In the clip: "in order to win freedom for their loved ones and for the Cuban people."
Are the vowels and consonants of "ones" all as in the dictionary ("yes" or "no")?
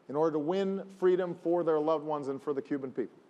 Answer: yes